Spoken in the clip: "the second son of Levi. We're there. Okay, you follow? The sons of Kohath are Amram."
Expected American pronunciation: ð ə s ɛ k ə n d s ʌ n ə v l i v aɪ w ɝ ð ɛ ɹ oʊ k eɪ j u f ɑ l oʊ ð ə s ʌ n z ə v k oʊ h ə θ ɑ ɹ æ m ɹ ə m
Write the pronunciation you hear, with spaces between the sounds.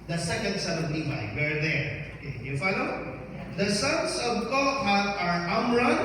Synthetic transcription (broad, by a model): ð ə s ɛ k ə n d s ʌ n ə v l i b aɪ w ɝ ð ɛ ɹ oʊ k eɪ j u f ɑ l oʊ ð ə s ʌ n s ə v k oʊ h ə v ɑ ɹ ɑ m ɹ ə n